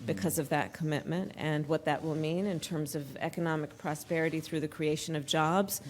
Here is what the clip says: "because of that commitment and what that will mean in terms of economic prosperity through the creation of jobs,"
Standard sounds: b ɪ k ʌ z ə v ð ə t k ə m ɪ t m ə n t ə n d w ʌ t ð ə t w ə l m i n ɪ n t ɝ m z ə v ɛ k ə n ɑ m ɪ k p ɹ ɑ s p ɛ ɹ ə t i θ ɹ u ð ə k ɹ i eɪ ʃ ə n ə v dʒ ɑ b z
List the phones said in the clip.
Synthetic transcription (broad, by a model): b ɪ k ʌ z ə v ð ə t k ə m ɪ t m ə n t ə n w ʌ t ð ə t w ə l m i n ɪ n t ɝ m z ə v ɛ k ə n ɑ m ɪ k p ɹ ɑ s p ɛ ɹ ə t i θ ɹ u ð ə k ɹ i eɪ ʃ ə n ə v dʒ ɑ b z